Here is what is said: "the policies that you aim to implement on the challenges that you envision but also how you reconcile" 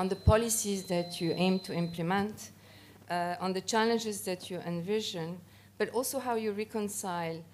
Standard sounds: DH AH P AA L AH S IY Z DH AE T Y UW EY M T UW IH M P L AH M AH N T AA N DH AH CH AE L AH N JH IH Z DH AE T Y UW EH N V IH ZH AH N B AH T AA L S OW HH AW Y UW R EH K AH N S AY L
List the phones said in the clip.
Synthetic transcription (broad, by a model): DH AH P AA L AH S IY Z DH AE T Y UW EY M T UW IH M P L AH M AH N T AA N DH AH CH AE L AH N JH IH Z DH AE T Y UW EH N V IH ZH AH N B AH T AA L S OW HH AW Y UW R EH K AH N S AY L